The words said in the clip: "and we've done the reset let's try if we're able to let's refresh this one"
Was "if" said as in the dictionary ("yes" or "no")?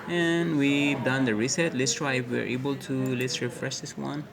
no